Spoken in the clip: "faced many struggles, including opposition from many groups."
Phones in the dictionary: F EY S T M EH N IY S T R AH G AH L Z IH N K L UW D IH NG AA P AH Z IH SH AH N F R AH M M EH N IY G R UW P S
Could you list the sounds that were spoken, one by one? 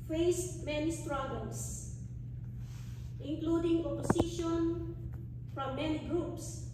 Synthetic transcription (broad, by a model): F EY S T M EH N IY S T R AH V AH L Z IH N K L UW D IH NG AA P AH S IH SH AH N F R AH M M EH N IY G R UW P S